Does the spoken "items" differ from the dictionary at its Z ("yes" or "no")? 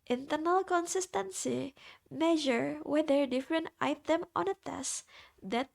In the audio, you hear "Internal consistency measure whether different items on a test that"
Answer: yes